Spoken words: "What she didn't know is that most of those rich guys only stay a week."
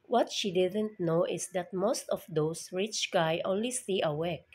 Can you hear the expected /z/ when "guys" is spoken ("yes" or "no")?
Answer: no